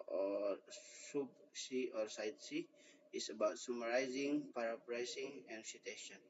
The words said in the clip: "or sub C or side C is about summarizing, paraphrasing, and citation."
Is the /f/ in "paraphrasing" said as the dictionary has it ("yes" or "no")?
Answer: no